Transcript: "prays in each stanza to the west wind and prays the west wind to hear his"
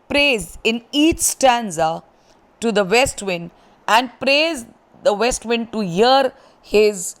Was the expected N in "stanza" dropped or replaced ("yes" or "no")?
no